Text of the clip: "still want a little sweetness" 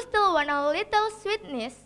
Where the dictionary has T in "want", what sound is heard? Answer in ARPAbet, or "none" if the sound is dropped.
none